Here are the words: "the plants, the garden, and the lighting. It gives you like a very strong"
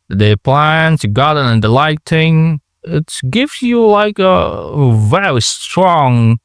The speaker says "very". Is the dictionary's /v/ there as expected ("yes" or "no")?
yes